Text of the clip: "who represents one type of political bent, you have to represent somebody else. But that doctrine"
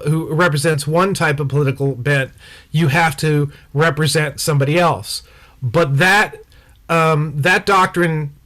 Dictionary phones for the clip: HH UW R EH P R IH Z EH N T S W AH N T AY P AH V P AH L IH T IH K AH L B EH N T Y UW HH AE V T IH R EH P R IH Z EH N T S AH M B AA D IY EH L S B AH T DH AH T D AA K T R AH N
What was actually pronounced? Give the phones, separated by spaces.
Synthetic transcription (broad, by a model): HH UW R EH P R IH Z EH N T S W AH N T AY P AH V P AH L IH T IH K L B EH N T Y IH HH AE F T IH R EH P R IH Z EH N T S AH M B AA D IY EH L S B AH T DH AH T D AA K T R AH N